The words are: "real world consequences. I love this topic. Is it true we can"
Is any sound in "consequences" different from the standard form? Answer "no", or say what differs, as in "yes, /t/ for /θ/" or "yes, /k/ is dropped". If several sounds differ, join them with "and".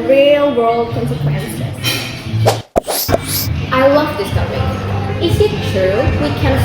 yes, /z/ is dropped